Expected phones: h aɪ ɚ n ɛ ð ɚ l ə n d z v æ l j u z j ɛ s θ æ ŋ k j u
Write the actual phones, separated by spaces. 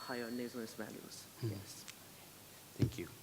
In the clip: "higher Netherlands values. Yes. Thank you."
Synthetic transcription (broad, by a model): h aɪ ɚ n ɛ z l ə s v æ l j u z j ɛ s θ æ ŋ k j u